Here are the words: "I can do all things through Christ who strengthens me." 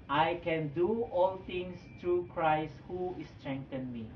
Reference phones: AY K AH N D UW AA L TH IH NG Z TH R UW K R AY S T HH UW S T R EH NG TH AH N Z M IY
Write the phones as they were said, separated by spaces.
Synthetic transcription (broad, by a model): AY K AH N D UW AA L T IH NG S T R UW K R AY S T HH UW S T R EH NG T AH N M IY